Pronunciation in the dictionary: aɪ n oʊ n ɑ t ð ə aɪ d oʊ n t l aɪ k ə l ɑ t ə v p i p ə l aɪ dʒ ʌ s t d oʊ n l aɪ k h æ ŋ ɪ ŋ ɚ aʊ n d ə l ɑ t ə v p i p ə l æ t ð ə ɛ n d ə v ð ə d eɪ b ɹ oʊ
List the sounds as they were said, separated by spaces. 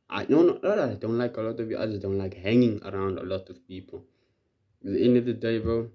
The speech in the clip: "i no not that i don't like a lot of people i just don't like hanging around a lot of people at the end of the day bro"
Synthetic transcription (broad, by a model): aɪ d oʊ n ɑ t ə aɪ d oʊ n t l aɪ k ə l ɑ t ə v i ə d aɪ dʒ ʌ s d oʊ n l aɪ k h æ ŋ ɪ ŋ ɚ aʊ n d ə l ɑ t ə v p i p ə l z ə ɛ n ə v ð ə d eɪ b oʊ